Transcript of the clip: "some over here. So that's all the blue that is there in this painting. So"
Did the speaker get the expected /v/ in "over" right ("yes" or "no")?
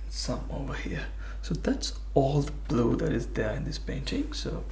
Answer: yes